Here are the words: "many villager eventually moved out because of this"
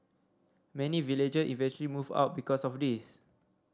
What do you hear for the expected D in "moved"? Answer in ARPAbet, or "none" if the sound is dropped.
none